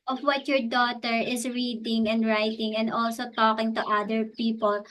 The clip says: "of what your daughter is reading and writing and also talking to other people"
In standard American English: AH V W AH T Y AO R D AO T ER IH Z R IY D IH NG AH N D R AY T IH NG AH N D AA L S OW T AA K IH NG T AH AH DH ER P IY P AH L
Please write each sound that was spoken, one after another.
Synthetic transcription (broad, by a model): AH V W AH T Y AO R D AO T ER IH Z R IY D IH NG AH N D R AY T IH NG AH N D AA L S OW T AA K IH NG T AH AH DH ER P IY P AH L